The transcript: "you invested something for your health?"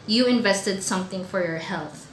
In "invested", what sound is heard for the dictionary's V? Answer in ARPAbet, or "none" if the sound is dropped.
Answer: V